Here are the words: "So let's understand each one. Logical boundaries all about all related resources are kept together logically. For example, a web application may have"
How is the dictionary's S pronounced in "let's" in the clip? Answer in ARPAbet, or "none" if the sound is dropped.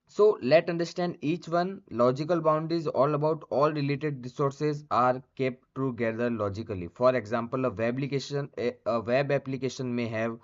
none